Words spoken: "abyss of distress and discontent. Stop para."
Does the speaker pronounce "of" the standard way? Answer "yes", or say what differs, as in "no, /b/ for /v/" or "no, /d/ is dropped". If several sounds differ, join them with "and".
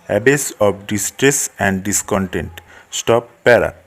no, /p/ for /v/